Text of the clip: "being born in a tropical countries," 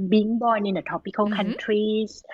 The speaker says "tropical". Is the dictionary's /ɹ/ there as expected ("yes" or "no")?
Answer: no